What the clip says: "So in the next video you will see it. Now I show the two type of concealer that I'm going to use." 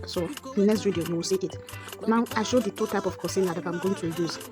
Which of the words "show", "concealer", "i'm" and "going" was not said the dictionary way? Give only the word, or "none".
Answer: concealer